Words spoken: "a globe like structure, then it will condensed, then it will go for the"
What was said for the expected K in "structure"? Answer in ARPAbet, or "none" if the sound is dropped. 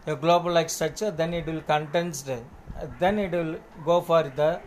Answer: none